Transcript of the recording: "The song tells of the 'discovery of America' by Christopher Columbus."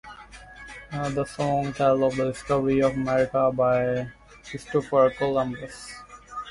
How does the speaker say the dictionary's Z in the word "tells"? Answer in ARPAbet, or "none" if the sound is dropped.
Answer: none